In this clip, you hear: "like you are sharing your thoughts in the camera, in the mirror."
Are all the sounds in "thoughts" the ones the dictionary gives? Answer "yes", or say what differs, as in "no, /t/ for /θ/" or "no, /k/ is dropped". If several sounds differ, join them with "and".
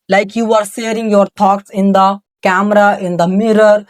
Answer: no, /t/ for /θ/